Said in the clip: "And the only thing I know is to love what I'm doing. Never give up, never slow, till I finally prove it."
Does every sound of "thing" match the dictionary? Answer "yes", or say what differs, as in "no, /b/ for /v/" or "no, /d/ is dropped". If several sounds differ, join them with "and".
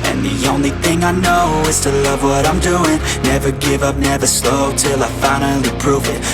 yes